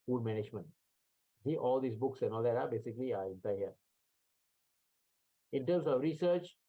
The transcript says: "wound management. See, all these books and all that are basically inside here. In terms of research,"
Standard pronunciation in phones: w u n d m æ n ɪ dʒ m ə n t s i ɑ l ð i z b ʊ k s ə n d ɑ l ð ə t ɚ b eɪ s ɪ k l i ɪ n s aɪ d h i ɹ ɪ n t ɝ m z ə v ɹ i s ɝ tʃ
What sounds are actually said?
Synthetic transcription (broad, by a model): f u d m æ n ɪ dʒ m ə n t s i ɑ l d i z b ʊ k s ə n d ɑ l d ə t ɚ b eɪ s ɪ k l i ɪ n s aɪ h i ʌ ɪ n t ɝ m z ə v ɹ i s ɝ tʃ